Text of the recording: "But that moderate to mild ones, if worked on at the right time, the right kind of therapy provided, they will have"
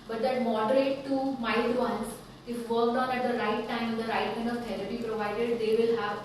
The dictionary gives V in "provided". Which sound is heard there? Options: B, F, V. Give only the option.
V